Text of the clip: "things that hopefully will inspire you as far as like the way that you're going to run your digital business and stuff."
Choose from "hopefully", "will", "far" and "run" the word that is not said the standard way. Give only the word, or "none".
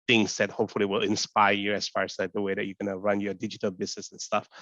none